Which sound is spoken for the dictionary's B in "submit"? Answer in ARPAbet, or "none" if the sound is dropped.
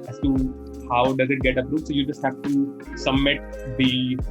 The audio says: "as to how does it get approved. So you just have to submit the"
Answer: none